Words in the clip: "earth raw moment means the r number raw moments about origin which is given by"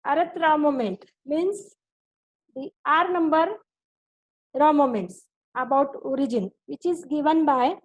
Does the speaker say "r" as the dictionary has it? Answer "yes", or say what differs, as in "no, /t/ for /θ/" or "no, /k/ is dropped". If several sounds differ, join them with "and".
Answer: yes